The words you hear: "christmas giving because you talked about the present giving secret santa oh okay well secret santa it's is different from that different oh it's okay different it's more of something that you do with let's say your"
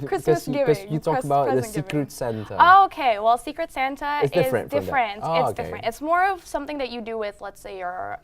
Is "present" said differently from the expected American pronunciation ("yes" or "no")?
yes